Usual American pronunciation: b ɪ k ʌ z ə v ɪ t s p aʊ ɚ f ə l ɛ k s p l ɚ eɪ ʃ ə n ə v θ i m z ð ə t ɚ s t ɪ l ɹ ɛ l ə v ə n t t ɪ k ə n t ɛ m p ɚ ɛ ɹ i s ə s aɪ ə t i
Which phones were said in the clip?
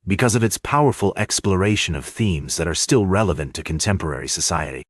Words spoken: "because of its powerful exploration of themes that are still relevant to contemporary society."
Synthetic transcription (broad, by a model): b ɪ k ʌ z ə v ɪ t s p aʊ ɚ f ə l ɛ k s p l ɚ eɪ ʃ ə n ə v θ i m z ð ə t ɚ s t ɪ l ɹ ɛ l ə v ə n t t ɪ k n t ɛ m p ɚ ɛ ɹ i s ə s aɪ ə t i